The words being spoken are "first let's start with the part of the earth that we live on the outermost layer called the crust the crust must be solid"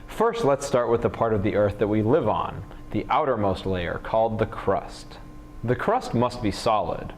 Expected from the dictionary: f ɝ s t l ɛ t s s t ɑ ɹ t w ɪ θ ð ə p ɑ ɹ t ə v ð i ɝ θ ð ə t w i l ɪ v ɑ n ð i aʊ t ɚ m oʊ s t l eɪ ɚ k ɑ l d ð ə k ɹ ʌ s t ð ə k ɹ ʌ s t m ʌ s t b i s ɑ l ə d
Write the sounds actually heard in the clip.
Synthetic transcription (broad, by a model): f ɝ s t l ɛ t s s t ɑ ɹ t w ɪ ð ə p ɑ ɹ t ə v ð i ɝ θ ð ə t w i l ɪ v n ð i aʊ t ɚ m oʊ s t l eɪ ɚ k ɑ l d ð ə k ɹ ʌ s t ð ə k ɹ ʌ s t m ʌ s t b i s ɑ l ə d